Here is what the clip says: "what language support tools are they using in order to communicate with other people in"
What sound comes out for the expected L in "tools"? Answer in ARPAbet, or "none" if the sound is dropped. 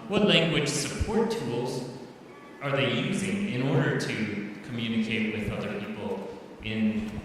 L